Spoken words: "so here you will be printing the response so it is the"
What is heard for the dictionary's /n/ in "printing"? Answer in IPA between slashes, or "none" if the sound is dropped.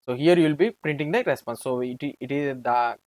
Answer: /n/